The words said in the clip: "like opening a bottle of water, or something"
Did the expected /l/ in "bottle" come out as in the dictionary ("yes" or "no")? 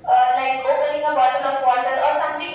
no